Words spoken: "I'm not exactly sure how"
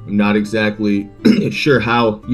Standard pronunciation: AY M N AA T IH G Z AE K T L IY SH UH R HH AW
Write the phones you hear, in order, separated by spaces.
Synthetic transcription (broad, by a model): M N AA T IH G Z AE K T L IY SH UH R HH AW